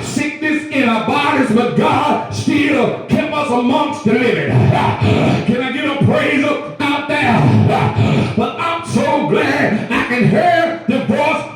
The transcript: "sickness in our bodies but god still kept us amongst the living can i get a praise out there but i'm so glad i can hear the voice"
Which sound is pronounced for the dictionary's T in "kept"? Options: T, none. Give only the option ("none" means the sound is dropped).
none